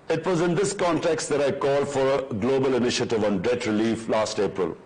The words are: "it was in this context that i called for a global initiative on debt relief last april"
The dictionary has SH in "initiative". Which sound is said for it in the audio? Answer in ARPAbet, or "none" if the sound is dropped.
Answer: SH